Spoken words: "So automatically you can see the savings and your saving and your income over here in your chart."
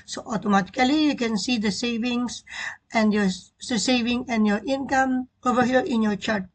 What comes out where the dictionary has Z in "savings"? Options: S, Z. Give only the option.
S